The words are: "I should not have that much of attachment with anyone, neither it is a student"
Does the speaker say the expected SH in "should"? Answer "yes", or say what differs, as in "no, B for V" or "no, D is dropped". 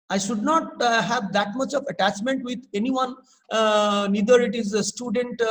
yes